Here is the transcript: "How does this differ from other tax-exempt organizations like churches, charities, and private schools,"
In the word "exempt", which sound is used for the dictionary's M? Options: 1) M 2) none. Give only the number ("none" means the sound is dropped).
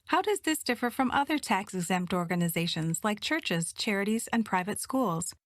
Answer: 1